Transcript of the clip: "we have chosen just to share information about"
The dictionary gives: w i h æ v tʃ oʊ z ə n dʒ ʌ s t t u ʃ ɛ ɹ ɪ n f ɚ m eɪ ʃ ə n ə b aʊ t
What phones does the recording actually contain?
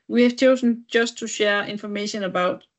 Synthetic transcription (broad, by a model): w i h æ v tʃ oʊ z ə n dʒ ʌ s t t u ʃ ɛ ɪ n f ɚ m eɪ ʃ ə n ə b aʊ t